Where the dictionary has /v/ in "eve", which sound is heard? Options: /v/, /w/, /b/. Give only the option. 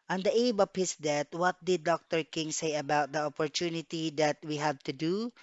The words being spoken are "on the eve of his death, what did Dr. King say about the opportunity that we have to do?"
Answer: /b/